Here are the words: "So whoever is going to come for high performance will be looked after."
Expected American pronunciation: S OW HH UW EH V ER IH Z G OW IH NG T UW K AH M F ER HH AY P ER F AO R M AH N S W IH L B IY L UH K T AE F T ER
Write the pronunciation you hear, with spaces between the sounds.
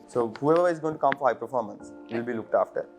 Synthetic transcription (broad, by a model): S OW HH UW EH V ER IH Z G OW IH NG T UW K AH M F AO HH AY P ER F AO R M AH N S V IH L B IY L UH K T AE F T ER